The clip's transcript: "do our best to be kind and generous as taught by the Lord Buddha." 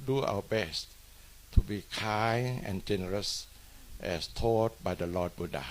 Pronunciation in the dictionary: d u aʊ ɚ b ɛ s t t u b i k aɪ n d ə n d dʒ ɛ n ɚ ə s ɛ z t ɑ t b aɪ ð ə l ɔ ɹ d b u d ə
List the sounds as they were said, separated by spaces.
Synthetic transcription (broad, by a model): d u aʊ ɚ b ɛ s t t u b i k aɪ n ə n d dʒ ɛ n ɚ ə s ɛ s t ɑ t b aɪ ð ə l ɔ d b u d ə